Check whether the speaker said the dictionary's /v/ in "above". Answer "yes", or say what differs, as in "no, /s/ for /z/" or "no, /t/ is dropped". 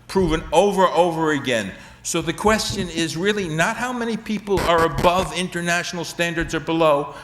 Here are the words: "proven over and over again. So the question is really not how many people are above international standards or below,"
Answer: yes